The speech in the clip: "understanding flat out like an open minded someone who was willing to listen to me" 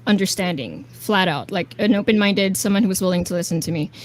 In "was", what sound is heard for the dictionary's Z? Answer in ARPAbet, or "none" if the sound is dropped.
Z